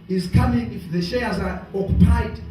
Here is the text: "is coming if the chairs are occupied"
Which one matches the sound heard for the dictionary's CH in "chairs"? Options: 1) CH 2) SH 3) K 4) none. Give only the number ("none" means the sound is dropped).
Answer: 2